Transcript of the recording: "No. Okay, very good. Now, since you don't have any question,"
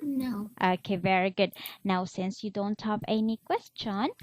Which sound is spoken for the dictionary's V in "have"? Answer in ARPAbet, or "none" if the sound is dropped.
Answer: P